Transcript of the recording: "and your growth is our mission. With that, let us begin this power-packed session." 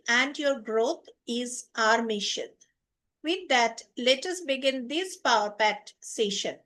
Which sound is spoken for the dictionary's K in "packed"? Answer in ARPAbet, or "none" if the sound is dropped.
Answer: none